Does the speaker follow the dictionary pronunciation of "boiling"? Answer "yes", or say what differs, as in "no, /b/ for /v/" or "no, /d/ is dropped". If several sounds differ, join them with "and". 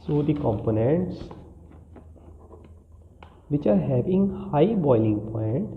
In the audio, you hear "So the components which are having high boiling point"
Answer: yes